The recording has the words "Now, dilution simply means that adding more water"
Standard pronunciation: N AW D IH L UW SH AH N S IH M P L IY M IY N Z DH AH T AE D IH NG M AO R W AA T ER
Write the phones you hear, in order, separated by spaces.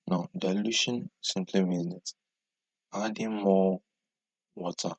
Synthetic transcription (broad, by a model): N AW D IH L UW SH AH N S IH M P L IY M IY Z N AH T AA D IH M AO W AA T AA